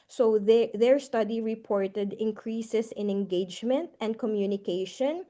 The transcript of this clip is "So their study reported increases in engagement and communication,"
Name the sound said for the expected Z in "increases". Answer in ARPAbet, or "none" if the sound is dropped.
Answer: S